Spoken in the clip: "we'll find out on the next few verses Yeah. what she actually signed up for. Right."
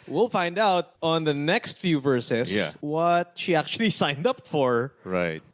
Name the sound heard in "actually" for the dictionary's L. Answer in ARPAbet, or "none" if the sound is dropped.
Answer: L